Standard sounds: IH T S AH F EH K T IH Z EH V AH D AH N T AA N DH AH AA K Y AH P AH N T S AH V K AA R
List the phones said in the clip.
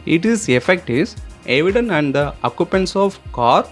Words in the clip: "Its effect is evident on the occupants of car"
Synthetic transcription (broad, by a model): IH T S AH F EH K T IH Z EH V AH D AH N AA N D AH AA K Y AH P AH N S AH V K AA R